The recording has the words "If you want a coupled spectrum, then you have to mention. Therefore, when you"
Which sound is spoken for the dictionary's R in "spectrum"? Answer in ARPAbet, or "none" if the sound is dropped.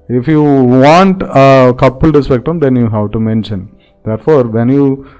none